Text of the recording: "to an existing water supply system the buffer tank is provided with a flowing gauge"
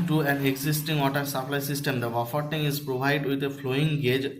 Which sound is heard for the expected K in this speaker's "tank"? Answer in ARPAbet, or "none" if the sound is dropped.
none